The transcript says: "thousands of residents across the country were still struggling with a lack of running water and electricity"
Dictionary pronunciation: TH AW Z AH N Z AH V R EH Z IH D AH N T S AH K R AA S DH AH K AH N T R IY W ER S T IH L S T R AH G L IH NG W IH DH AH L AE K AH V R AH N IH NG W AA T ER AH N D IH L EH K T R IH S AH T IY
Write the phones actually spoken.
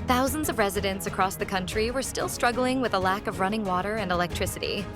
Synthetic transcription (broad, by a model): TH AW Z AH N Z AH V R EH Z IH D AH N T S AH K R AA S DH AH K AH N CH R IY W ER S T IH L S T R AH G L IH NG W IH DH AH L AE K AH V R AH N IH NG W AA T ER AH N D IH L EH K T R IH S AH T IY